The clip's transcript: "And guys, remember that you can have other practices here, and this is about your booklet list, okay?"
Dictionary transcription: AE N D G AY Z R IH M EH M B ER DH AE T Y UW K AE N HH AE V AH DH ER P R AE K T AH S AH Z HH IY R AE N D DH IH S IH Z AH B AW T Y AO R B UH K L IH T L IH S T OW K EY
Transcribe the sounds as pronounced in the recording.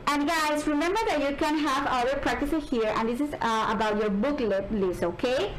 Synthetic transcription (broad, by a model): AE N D G AY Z R IH M EH M B ER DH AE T Y UW K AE N HH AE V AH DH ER P R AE K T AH S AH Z HH IY R AE N D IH S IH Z AH B AW T Y AO R B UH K L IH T L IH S OW K EY